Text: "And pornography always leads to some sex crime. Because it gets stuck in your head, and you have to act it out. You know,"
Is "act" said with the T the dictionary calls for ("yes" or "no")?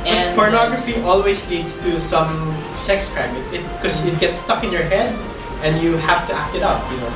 yes